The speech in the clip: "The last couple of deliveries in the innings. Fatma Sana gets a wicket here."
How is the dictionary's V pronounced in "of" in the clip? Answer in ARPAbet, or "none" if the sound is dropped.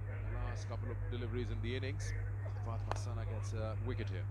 V